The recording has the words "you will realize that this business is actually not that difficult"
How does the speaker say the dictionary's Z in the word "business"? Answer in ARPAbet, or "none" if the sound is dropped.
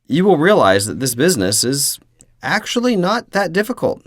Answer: Z